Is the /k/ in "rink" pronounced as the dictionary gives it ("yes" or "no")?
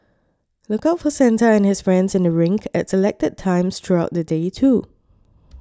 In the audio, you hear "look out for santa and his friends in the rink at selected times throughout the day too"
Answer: yes